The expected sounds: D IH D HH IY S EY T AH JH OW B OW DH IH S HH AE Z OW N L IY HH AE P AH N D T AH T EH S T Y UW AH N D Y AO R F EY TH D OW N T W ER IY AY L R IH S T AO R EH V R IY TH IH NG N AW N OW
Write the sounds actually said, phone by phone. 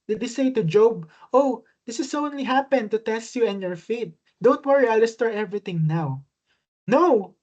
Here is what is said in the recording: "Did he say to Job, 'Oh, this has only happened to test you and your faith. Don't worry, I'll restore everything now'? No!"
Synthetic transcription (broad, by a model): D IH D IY S EY T AH JH OW B OW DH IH S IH S OW N L IY HH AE P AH N T AH T EH S T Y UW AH N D Y AO R F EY T D OW N T W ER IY AY L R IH S T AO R EH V R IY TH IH NG N AW N OW